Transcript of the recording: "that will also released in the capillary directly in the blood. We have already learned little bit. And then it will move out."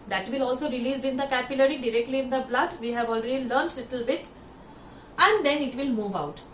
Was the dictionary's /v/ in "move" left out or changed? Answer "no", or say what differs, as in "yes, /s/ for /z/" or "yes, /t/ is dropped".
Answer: no